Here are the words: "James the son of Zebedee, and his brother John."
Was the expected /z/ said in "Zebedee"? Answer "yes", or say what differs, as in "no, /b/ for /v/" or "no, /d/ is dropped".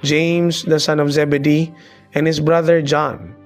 yes